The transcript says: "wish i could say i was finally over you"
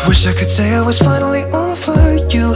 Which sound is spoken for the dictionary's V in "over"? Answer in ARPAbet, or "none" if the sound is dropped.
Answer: F